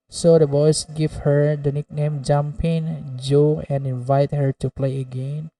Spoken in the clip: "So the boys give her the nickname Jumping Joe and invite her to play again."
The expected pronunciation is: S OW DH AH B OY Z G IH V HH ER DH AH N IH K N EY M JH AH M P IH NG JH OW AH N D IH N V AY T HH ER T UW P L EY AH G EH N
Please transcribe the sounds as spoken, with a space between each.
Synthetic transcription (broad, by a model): S OW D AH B OY S G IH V HH ER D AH N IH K N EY M JH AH M P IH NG JH OW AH N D IH N V AY T HH ER T UW P L EY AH G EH N